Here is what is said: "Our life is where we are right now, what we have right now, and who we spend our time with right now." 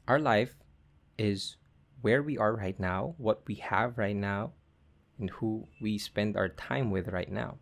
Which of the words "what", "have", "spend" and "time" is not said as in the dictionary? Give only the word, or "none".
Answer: none